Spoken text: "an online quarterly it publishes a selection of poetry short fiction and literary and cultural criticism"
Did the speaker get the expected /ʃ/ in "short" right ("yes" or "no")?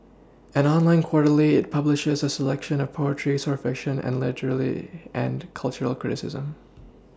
no